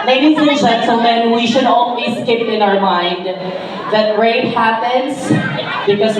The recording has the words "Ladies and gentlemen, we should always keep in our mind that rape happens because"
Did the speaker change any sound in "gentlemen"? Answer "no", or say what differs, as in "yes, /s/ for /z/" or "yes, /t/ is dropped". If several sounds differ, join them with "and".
yes, /s/ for /t/